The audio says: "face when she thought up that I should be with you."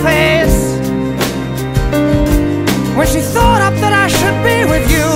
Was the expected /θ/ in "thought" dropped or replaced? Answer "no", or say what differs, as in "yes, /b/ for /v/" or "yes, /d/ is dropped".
no